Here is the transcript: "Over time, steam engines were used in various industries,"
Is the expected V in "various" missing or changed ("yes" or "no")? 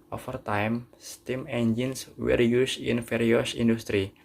yes